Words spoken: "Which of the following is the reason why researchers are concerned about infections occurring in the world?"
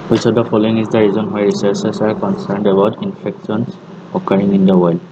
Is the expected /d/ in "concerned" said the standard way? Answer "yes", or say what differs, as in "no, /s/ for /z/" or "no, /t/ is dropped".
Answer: yes